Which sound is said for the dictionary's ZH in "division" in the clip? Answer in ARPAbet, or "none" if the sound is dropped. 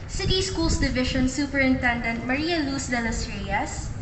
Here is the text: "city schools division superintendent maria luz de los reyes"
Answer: SH